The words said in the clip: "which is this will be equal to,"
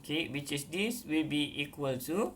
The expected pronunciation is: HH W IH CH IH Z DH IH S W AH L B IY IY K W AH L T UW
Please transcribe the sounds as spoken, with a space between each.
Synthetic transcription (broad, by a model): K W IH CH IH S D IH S W AH L B IY IY K W AH L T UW